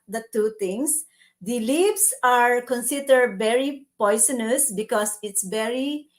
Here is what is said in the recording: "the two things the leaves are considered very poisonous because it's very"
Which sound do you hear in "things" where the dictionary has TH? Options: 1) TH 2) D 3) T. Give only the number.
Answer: 3